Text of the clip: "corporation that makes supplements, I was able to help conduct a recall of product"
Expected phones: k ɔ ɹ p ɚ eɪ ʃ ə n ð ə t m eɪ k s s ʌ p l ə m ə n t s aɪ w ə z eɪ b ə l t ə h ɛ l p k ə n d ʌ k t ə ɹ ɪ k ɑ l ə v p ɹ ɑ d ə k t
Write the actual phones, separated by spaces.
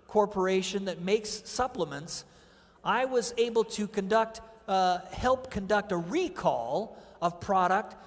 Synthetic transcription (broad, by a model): k ɔ ɹ p ɚ eɪ ʃ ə n ð ə t m eɪ k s s ʌ p l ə m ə n t s aɪ w ə z eɪ b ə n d ə h ɛ l p k ə n d ʌ k t ə ɹ ɪ k ɑ l ə v p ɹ ɑ d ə k t